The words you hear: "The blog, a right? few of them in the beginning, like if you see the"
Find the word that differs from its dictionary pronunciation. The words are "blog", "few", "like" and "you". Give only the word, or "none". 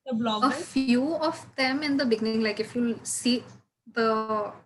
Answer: blog